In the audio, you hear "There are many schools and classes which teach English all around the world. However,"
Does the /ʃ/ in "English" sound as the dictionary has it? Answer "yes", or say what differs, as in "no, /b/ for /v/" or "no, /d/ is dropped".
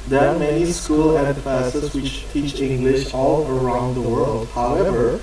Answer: yes